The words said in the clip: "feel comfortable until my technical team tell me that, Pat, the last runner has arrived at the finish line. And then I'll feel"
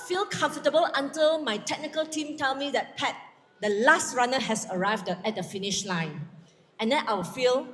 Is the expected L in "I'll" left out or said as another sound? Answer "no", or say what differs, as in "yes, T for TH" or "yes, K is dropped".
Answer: yes, W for L